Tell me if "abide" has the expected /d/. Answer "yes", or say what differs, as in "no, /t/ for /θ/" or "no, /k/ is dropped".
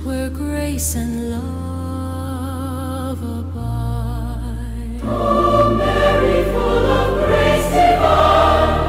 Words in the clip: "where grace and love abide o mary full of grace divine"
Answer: no, /d/ is dropped